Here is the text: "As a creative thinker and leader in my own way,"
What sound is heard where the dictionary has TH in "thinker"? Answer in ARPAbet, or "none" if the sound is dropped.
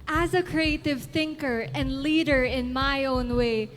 TH